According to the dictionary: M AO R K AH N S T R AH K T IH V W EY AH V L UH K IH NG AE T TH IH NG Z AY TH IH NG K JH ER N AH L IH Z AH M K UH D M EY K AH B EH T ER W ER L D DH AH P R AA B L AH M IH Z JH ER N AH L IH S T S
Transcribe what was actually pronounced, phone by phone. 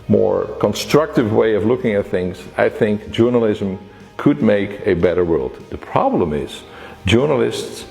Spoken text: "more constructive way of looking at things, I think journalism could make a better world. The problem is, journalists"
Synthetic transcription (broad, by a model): M AO R K AH N S T R AH K T IH V W EY AH V L UH K IH NG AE T TH IH NG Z AY TH IH NG K JH ER N AH L IH Z AH M K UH D M EY K AH B EH T ER W ER L D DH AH P R AA B L AH M IH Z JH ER N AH L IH S T S